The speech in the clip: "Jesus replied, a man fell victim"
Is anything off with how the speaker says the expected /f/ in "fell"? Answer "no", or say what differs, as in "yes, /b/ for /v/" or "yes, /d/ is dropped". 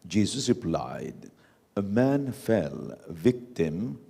no